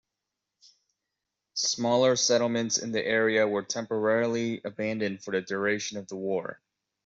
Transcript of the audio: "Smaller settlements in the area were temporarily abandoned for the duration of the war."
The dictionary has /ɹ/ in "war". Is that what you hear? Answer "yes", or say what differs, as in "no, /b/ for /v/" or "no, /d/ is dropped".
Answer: yes